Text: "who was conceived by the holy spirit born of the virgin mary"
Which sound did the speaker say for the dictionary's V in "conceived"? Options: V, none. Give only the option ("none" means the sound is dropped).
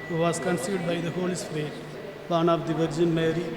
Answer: none